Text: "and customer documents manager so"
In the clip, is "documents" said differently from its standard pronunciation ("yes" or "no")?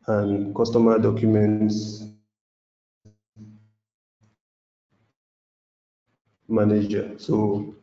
no